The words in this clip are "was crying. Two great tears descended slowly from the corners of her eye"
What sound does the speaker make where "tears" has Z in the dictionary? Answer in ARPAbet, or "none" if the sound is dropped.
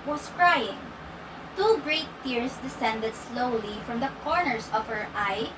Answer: S